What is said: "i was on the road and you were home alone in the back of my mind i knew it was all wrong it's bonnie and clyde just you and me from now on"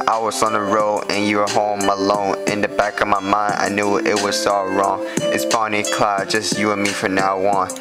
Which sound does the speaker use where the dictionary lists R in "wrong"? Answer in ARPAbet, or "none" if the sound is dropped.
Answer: R